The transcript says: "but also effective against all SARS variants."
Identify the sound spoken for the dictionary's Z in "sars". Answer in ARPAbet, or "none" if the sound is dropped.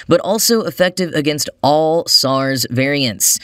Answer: Z